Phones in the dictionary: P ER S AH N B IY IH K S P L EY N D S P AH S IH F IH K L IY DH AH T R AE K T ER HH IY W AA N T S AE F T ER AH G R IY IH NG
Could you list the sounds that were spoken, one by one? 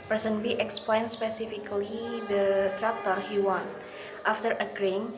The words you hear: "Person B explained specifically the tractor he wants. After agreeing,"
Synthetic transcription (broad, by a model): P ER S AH N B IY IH K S P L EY N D S P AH S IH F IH K L IY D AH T R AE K T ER HH IY W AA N T AA F T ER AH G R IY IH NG